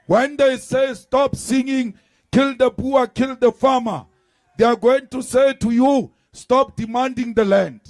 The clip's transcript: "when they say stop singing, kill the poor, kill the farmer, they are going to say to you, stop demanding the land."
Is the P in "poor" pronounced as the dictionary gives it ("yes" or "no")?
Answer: no